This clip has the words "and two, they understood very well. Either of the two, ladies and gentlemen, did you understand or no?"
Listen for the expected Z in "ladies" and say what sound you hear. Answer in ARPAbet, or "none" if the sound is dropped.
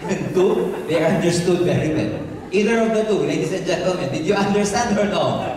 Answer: S